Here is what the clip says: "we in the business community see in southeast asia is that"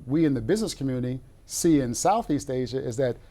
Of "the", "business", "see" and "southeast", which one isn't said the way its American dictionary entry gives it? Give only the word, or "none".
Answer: none